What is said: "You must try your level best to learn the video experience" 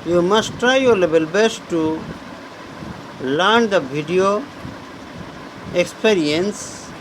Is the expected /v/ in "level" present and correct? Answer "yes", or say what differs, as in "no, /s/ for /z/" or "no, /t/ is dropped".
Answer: no, /b/ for /v/